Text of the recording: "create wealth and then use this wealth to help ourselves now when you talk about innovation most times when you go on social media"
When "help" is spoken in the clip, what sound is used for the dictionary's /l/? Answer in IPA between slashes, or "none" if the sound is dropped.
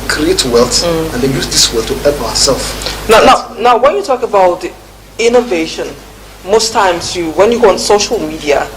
none